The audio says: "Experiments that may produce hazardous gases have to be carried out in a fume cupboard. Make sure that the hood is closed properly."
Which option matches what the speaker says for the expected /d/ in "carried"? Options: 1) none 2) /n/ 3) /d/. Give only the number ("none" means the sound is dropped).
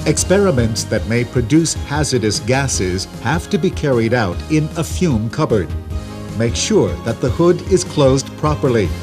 3